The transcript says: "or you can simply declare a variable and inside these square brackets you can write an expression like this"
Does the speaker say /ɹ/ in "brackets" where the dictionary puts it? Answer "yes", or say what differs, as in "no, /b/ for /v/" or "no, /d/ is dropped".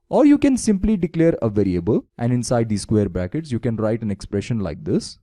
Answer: no, /ɹ/ is dropped